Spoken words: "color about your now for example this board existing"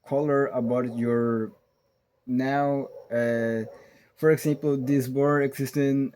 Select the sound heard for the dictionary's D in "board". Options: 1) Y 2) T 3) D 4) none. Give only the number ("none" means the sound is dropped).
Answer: 4